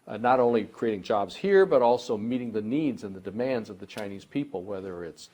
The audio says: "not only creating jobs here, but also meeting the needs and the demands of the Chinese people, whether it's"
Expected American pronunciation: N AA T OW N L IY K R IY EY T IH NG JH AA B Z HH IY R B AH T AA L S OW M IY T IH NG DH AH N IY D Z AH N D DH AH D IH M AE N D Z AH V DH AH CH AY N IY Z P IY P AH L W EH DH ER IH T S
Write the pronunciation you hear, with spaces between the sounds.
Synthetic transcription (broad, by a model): N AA T OW N L IY K R IY EY T IH NG JH AA B Z HH IY R B AH T AA L S OW M IY T IH NG DH AH N IY D Z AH N DH AH D IH M AE N D Z AH V DH AH CH AY N IY Z P IY P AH L W EH DH ER IH T S